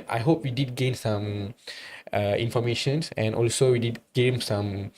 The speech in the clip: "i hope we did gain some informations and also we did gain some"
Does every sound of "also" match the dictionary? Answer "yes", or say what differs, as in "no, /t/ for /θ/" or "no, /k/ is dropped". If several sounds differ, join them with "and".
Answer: yes